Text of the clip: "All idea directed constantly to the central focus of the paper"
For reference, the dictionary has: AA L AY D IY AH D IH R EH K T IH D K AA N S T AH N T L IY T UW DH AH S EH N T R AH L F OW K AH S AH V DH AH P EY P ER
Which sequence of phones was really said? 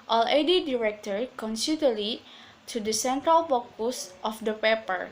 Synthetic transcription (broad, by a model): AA L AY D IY D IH R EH K T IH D K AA N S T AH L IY T UW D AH S EH N T R AH L P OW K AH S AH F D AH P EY P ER